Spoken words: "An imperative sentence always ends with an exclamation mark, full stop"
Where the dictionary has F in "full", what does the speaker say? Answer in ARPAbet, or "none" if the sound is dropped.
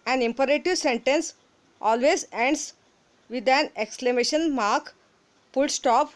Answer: P